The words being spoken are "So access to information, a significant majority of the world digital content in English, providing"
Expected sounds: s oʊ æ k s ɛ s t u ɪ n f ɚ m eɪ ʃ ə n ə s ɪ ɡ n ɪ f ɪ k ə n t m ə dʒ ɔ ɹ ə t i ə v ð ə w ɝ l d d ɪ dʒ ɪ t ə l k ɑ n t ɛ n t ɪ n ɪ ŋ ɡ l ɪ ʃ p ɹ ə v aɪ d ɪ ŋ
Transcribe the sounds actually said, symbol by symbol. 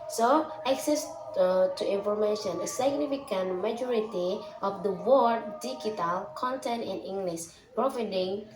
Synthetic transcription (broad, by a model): s oʊ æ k s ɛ s t u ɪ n f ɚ m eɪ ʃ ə n ə s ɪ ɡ n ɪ f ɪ k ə n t m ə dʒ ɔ ɹ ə t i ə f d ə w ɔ d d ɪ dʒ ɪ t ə l k ɑ n t ɛ n t ɪ n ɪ ŋ ɡ l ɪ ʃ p ɹ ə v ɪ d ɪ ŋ